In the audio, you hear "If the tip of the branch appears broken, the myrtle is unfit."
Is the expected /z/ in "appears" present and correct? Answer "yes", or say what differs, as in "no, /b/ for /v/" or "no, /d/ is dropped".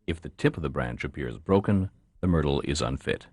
yes